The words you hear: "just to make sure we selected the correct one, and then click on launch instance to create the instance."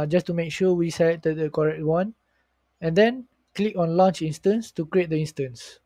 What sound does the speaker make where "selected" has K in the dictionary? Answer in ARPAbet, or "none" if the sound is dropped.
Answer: none